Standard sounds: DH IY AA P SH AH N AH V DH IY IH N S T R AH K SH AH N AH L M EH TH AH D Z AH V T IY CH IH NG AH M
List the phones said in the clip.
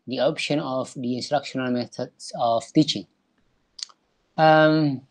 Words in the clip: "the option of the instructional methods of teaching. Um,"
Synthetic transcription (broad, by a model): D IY AA P SH AH N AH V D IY IH N S T R AH K SH AH N AH L M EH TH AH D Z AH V T IY CH IH NG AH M